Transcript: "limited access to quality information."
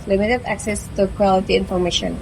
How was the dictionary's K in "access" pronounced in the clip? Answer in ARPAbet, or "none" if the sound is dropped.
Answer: K